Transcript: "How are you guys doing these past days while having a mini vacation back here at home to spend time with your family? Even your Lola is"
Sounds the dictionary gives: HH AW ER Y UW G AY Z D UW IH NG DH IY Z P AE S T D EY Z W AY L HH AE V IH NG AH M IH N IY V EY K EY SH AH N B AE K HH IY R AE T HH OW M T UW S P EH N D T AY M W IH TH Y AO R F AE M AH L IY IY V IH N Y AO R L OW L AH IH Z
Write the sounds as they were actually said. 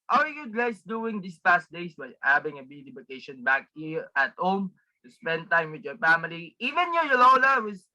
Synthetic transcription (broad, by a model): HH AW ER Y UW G AY S D UW IH NG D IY S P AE S T D EY S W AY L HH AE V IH NG AH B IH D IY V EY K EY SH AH N B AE K HH IY R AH T HH OW M T UW S P EH N D T AY M W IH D Y AO R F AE M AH L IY IY V IH N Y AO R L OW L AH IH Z